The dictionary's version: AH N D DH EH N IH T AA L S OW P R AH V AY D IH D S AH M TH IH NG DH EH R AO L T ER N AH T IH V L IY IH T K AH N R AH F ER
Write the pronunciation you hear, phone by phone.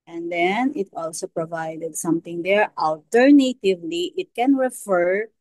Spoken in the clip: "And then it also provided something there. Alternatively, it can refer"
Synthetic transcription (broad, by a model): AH N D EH N IH T AA L S OW P R AH V AY D IH D S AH M T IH NG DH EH R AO L T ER N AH T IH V L IY IH T K AH N R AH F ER